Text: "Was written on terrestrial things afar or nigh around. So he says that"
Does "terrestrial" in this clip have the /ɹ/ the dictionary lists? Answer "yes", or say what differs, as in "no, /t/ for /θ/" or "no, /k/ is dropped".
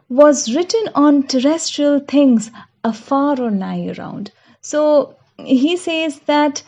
yes